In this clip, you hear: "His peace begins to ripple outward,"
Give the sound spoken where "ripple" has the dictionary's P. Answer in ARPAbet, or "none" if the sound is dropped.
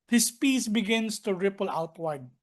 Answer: P